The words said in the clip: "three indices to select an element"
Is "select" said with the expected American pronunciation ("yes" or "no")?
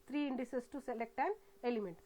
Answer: yes